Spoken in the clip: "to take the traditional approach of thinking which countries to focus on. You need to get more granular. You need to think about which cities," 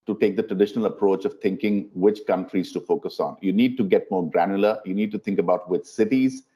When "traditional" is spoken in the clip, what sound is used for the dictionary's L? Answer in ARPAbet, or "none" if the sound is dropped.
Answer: L